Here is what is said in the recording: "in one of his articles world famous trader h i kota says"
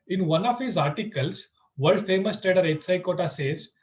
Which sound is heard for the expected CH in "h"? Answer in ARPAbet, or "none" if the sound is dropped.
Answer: S